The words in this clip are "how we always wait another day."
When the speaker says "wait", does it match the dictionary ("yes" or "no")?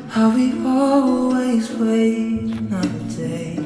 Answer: no